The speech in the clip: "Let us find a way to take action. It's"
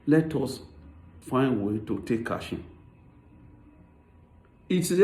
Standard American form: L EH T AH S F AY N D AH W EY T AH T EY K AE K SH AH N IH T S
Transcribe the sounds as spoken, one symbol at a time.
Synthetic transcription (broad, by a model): L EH T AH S F AY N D W EY T AH T EY K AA SH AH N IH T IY